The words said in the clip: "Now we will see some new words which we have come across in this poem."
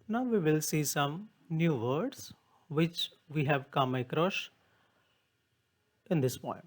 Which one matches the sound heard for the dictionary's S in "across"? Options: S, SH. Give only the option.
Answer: SH